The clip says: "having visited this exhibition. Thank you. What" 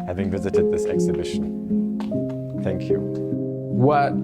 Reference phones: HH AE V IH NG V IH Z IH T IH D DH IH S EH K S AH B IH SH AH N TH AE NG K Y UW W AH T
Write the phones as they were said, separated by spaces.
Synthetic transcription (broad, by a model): HH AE V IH NG V IH Z IH T IH D DH IH S EH K S AH B IH SH AH N TH AE NG K Y UW W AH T